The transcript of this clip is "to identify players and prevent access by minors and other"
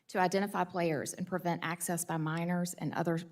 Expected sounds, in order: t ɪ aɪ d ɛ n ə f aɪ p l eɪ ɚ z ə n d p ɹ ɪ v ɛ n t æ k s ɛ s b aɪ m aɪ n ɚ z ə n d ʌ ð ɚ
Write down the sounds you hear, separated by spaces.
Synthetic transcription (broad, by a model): t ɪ aɪ d ɛ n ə f aɪ p l eɪ ɚ z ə n p ɹ ɪ v ɛ n t æ k s ɛ s b aɪ m aɪ n ɚ z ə n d ʌ ð ɚ